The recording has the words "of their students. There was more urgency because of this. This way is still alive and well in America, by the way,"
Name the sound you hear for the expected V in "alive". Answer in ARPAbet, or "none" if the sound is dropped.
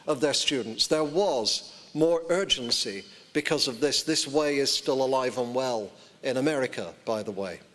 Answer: V